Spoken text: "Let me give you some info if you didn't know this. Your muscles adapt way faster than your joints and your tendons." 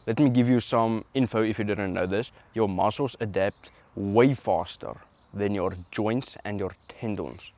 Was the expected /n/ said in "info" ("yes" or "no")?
yes